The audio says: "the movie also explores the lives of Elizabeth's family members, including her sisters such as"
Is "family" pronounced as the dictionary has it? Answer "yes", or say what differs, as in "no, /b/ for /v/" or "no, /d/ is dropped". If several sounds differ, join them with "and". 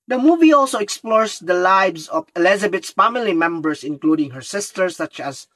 yes